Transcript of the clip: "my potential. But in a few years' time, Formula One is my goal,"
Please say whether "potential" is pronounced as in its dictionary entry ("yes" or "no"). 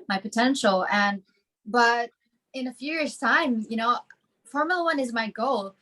no